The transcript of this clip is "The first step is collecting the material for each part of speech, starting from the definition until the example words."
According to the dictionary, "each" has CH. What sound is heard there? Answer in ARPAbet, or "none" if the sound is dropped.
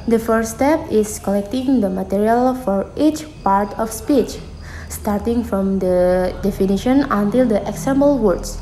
CH